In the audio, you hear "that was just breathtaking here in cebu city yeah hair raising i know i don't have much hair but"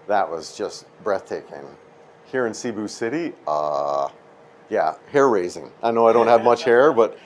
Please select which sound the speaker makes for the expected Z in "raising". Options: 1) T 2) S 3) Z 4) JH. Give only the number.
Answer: 3